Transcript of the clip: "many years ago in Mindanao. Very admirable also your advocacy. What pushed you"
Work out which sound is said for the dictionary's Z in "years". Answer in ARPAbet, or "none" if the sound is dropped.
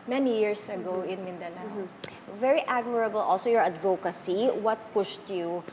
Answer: S